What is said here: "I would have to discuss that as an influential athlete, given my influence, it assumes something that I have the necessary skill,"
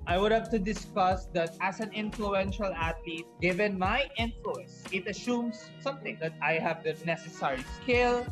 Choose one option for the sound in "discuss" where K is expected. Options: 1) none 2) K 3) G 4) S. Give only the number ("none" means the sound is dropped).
2